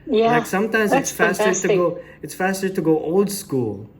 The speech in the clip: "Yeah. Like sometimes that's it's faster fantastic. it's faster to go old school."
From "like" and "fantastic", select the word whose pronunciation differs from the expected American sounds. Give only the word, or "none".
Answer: fantastic